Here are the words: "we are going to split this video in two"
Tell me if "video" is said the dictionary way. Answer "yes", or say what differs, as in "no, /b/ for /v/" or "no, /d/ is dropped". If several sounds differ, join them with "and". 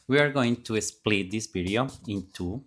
no, /p/ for /v/